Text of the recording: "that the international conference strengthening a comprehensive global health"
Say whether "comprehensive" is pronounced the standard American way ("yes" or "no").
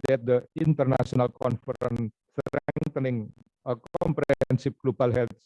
no